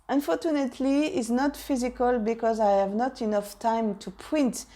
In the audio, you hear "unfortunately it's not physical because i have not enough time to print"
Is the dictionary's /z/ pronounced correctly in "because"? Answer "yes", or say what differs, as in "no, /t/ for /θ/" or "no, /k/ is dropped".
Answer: yes